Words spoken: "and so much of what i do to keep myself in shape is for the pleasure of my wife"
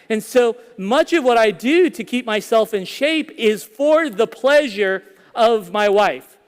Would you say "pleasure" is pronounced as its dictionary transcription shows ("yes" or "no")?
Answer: yes